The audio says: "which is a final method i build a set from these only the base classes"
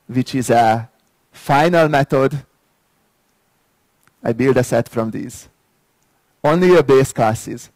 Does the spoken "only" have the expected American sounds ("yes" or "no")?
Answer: yes